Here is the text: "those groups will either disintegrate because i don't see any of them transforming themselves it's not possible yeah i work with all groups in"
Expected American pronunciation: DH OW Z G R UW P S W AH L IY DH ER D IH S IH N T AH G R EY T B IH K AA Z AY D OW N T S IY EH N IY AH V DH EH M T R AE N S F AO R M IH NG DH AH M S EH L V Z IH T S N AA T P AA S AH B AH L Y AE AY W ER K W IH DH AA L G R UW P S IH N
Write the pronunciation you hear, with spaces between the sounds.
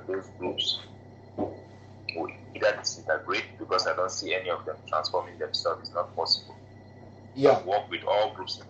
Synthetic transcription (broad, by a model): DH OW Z G R UW P S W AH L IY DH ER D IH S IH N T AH G R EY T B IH K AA S AY D OW N T S IY EH N IY AH V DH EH M T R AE N S F AO M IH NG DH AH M S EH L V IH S N AA T P AA S AH B AH L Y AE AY W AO K W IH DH AA L G R UW P S